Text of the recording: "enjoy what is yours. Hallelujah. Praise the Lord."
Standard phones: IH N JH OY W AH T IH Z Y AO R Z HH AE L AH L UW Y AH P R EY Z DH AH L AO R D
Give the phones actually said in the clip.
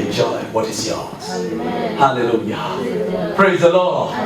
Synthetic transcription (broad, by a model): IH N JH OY W AH T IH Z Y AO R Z HH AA L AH L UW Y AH P R EY Z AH L AO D